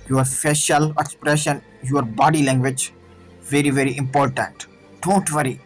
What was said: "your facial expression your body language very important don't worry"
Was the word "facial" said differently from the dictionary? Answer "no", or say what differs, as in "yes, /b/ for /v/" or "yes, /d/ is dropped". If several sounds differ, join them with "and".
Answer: yes, /p/ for /f/